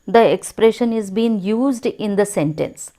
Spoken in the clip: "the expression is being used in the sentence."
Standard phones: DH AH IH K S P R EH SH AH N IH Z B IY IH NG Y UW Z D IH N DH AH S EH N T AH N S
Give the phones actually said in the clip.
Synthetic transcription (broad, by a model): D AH IH K S P R EH SH AH N IH Z B IY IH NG Y UW Z D IH N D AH S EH N T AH N S